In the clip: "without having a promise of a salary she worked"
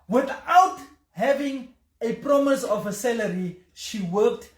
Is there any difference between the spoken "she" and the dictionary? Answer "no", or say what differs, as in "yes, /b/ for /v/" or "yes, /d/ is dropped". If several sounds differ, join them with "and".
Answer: no